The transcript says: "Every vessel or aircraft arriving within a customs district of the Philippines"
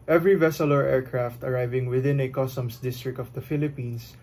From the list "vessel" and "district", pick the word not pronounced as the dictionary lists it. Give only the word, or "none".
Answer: none